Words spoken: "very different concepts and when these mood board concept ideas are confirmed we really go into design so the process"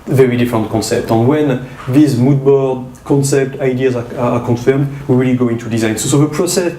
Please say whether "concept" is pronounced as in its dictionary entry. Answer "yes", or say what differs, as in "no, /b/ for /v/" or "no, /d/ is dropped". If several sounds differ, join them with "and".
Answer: yes